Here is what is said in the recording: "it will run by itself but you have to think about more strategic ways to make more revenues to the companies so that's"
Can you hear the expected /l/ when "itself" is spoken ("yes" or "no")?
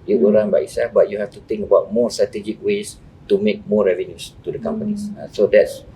no